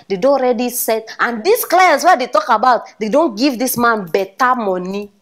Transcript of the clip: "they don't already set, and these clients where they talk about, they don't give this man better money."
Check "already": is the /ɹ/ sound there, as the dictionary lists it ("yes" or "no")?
yes